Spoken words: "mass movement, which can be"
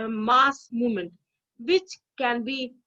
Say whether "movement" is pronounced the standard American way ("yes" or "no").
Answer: no